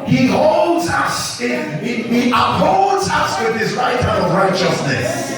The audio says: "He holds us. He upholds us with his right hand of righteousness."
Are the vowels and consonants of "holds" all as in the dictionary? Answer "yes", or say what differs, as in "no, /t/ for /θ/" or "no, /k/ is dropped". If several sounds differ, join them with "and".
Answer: yes